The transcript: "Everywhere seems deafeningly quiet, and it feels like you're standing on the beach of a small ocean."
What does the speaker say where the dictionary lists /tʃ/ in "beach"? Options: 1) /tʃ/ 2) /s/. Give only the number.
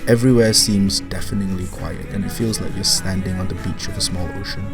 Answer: 1